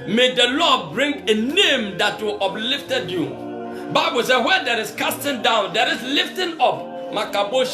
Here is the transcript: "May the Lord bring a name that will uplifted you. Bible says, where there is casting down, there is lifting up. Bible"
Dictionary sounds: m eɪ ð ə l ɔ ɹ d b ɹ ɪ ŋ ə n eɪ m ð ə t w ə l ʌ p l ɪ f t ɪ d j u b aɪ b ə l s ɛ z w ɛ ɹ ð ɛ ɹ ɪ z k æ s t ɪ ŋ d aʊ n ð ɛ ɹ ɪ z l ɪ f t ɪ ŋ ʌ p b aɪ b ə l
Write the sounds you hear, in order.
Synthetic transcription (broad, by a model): m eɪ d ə l ɔ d b ɹ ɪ ŋ ə n eɪ m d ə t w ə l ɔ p l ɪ f t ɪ d j u b aɪ b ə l s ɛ w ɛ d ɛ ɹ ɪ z k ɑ s t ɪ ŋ d aʊ n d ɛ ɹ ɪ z l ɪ f t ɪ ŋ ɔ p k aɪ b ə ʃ